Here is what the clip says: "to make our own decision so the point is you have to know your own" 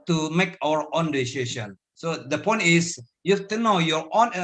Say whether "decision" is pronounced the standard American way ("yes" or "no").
no